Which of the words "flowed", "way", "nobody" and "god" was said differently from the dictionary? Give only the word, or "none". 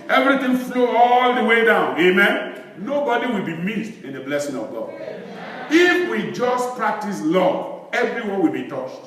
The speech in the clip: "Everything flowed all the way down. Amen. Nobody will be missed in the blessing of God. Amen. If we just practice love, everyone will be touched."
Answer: flowed